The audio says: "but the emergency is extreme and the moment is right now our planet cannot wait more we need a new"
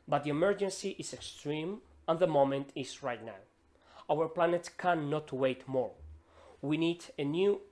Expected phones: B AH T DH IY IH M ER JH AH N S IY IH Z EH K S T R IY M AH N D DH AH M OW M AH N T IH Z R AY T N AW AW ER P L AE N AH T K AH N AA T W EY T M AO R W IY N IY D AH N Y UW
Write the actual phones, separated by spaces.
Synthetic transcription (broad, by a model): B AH T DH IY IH M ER JH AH N S IY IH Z EH K S T R IY M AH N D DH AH M OW M AH N T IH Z R AY T N AW AW ER P L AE N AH T K AH N AA T W EY T M AO R W IY N IY D AH N Y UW